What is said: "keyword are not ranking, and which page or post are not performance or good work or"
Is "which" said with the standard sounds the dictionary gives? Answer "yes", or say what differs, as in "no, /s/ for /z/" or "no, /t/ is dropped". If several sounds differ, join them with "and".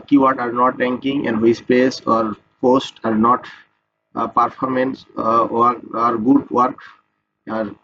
no, /s/ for /tʃ/